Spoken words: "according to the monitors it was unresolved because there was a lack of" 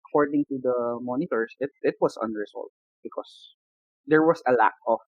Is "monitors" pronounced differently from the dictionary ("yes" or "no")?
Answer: yes